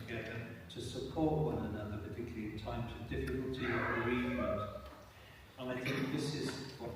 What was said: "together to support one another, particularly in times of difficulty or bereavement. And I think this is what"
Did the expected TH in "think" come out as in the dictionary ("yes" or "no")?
yes